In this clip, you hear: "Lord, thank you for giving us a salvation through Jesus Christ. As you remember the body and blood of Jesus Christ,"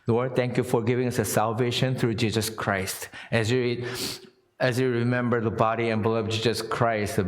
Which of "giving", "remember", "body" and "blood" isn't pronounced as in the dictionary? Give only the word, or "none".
blood